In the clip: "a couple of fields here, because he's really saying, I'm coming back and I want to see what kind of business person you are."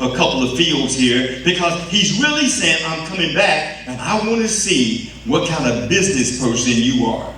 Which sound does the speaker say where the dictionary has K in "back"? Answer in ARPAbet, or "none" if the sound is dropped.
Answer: K